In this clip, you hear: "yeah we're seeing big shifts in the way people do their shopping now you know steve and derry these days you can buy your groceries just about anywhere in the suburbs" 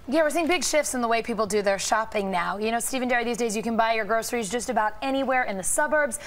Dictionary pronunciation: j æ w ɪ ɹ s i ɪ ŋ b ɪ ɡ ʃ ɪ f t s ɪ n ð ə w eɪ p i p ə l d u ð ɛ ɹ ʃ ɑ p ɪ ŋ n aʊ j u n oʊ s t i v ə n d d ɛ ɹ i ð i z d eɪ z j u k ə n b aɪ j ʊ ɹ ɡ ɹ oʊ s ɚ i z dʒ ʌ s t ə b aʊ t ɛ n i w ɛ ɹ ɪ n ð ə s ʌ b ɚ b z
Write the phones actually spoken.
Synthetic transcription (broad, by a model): j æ w ɪ ɹ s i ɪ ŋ b ɪ ɡ ʃ ɪ f t s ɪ n ð ə w eɪ p i p l d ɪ ð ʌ ɹ ʃ ɑ p ɪ ŋ n aʊ j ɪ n oʊ s t i v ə n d d ɛ ɹ i ð i z d eɪ z j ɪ k ə n b aɪ j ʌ ɹ ɡ ɹ oʊ s ɚ i z dʒ ʌ s t ə b aʊ t ɛ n i w ɛ ɹ ɪ n ð ə s ʌ b ɚ b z